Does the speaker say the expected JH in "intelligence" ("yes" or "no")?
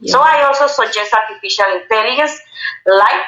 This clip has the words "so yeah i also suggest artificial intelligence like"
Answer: no